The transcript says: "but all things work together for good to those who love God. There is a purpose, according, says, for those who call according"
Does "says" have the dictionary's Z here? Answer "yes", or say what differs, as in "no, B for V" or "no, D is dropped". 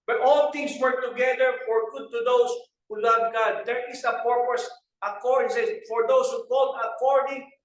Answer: no, Z is dropped